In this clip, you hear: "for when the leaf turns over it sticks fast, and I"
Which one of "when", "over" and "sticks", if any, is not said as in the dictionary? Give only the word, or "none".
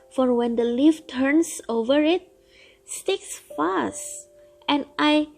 none